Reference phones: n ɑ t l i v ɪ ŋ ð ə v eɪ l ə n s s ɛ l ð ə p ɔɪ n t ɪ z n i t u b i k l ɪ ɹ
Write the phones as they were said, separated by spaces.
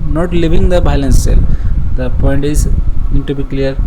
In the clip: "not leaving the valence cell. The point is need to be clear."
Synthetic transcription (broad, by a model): n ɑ t l i v ɪ ŋ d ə b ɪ l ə n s s ɛ l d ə p ɔɪ n t ɪ z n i t u b i k l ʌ ɹ